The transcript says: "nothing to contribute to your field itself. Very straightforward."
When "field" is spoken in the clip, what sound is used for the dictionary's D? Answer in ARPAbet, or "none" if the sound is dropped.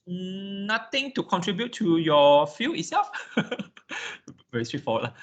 none